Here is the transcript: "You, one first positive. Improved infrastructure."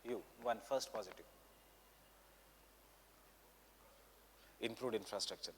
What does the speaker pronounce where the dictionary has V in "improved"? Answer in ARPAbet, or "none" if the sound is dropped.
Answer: none